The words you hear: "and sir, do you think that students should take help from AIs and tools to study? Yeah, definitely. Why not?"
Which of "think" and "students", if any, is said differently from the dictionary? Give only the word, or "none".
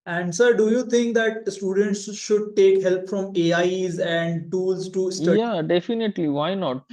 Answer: think